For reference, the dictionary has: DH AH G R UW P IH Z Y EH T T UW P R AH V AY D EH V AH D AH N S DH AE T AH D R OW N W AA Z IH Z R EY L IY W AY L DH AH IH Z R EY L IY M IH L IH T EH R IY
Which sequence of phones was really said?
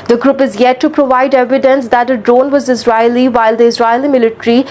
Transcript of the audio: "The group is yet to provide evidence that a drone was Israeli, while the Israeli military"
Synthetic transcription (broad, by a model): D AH G R UW P IH Z Y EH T T UW P R AH V AY D EH V AH D AH N S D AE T AH D R OW N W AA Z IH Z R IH L IY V AY L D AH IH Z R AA L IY M IH L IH T R IY